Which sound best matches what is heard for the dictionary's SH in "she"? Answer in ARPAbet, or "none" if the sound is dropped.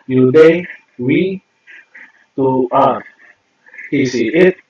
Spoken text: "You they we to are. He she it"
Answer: S